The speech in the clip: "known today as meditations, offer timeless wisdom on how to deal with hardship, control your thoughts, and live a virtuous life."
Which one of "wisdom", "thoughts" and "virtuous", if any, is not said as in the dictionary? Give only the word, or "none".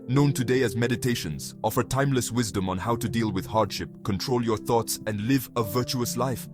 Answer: none